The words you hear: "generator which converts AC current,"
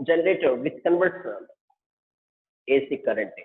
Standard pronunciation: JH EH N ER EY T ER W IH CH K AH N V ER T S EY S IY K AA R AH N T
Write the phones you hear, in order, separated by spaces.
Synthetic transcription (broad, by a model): JH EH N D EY T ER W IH S K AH N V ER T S EY S IY K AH R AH N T